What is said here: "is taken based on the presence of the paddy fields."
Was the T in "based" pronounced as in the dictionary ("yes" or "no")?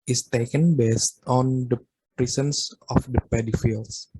yes